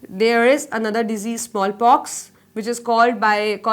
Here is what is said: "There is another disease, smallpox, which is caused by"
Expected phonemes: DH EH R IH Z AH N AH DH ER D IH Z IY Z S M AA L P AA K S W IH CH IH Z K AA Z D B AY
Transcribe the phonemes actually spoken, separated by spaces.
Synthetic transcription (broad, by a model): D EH R IH Z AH N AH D ER D IH Z IY Z S M AA L P AA K S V IH CH IH Z K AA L D B AY